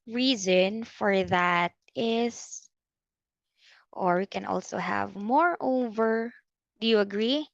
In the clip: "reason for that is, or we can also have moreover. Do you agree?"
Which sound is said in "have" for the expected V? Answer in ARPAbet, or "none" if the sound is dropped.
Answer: V